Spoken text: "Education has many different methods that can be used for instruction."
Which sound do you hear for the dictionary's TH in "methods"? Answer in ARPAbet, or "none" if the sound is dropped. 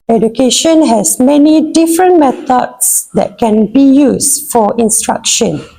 T